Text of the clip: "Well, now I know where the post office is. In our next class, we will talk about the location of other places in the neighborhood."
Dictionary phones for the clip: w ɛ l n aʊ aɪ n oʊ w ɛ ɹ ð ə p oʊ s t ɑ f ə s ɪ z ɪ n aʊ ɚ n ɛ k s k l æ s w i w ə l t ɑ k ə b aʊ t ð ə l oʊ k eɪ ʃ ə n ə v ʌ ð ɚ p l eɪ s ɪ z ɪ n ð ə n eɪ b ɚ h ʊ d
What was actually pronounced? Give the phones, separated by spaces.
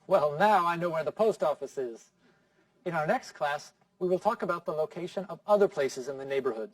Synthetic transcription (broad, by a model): w ɛ l n aʊ aɪ n oʊ w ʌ ɹ ð ə p oʊ s t ɑ f ə s ɪ z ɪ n aʊ ɚ n ɛ k s k l æ s w i w ə l t ɑ k ə b aʊ t ð ə l oʊ k eɪ ʃ ə n ə v ʌ ð ɚ p l eɪ s ɪ z ɪ n ð ə n eɪ b ɚ h ʊ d